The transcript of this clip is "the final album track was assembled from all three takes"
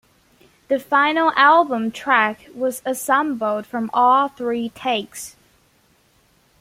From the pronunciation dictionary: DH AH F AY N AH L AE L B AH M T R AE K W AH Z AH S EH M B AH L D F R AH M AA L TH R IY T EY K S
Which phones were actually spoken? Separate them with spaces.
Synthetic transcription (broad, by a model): DH AH F AY N L AE L B AH M T R AE K W AH Z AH S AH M B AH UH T F R AH M AA L TH R IY T EY K S